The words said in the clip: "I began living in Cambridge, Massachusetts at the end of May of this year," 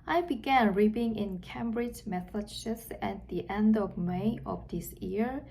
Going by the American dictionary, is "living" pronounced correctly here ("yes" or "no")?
no